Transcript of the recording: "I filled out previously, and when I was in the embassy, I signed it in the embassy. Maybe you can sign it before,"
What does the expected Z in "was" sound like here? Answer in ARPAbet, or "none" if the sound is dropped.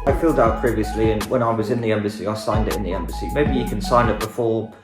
Z